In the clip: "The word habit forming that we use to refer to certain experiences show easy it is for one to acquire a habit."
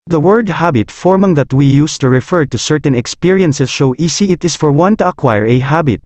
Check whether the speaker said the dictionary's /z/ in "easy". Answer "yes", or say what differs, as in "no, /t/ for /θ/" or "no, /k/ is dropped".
no, /s/ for /z/